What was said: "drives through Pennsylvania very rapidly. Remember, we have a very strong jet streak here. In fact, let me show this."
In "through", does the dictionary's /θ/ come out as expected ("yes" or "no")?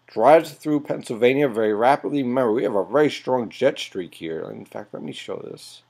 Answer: yes